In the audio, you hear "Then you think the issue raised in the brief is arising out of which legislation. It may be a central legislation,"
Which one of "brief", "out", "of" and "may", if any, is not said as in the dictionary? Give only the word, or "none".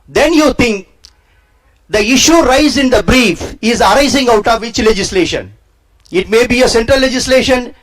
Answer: none